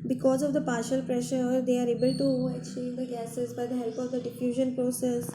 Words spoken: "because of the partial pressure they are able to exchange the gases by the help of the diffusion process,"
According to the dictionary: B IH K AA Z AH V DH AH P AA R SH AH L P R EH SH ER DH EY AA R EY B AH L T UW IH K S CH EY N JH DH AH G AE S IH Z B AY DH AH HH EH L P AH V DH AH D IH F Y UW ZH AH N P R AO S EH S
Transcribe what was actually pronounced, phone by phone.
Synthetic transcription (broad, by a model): B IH K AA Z AH V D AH P AA R SH AH L P R EH SH ER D EY AA R EY B AH L T UW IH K CH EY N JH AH G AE S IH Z B AY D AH HH EH L P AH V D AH D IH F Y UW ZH AH N P R AO S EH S